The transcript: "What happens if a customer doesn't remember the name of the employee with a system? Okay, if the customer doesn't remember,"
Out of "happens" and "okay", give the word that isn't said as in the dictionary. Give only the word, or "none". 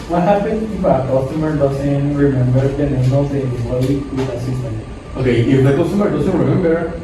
happens